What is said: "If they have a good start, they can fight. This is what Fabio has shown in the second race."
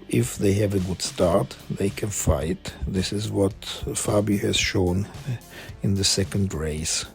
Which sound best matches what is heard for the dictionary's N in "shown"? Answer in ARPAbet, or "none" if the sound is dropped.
N